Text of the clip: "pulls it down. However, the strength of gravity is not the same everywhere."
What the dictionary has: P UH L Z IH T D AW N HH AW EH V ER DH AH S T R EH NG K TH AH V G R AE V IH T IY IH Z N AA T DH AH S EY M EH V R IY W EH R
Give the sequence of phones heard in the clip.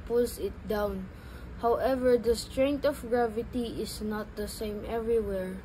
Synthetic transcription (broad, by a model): P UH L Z IH T D AW N HH AW EH V ER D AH S T R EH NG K T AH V G R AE V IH T IY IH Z N AA T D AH S EY M EH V R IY W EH R